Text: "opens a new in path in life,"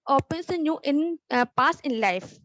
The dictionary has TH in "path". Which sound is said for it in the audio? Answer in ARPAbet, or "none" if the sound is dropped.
S